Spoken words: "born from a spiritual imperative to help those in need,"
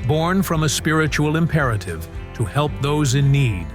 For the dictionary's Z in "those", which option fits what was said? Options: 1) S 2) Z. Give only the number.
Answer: 2